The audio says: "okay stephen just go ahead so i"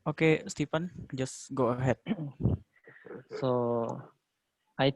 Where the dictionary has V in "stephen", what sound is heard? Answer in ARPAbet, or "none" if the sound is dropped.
P